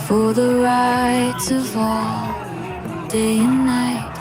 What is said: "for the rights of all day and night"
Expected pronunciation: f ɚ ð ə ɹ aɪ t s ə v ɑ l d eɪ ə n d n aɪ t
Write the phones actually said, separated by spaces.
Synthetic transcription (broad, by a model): f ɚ ð ə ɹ aɪ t ə v ɑ l d eɪ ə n n aɪ t